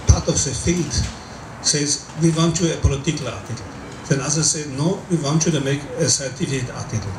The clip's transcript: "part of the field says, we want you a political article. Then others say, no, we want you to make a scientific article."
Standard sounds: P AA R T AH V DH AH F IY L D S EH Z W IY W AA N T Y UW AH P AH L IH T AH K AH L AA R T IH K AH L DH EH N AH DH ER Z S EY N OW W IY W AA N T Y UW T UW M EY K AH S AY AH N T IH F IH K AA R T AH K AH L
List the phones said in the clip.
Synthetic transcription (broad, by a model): P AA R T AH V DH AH F IY L D S EH Z W IY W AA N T Y UW AH P AH L IH T AH K AH L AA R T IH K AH L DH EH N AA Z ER S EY N OW W IY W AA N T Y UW T UW M EY K AH S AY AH T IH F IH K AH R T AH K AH L